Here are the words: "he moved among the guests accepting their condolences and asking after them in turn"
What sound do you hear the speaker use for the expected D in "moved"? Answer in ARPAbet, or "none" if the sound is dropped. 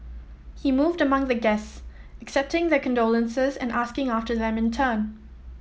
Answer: D